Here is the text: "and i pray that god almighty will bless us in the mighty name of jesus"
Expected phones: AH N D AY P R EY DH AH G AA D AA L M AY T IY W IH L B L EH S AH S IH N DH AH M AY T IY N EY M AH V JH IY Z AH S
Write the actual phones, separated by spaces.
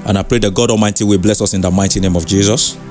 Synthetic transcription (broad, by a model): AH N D AY P R EY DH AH G AA D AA M AY T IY W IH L B L EH S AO S IH N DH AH M AY T IY N EY M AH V JH IY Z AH S